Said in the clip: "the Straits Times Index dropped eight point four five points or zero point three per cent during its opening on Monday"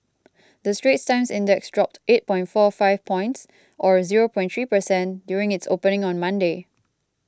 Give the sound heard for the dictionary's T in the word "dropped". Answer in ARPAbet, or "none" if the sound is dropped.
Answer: T